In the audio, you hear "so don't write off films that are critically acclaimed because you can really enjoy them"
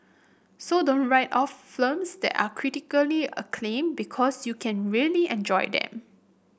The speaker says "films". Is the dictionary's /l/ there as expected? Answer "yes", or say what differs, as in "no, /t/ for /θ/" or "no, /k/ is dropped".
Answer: no, /l/ is dropped